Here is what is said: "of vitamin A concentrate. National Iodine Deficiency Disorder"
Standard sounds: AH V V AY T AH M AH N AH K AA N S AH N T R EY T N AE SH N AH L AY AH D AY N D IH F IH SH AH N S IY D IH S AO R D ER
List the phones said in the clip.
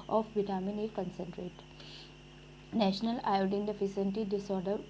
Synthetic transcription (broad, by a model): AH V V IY T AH M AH N AH K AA N S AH N T R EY T N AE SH N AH L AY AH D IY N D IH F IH S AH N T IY D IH S AO R D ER